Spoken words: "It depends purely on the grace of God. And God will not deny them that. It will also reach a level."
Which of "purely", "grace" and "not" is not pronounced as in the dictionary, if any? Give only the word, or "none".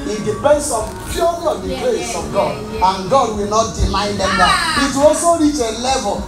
purely